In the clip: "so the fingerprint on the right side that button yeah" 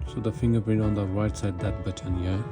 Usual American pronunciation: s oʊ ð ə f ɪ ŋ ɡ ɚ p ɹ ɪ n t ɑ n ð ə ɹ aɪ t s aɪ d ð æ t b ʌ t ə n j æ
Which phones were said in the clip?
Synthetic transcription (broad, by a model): s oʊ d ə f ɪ ŋ ɡ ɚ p ɪ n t ɑ n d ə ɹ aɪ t s aɪ d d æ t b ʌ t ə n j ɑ